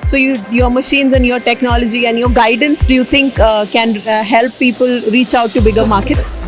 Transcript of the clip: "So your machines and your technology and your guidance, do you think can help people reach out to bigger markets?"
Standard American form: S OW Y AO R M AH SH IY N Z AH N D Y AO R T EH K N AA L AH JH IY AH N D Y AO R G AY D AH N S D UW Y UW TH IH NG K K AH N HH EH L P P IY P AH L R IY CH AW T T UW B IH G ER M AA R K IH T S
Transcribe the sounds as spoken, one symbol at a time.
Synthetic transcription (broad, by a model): S OW Y AO R M AH SH IY N Z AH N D Y AO R T EH K N AA L AH JH IY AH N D Y AO R G AY D AH N S D UW Y UW T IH NG K K AH N HH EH L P P IY P AH L R IY CH AW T T UW B IH G ER M AA R K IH T S